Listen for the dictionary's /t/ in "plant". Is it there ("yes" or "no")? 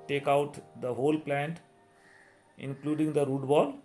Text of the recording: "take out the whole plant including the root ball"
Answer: yes